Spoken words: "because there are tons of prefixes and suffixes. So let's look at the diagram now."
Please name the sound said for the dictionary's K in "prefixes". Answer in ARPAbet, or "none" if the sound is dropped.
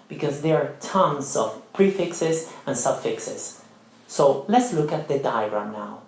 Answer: K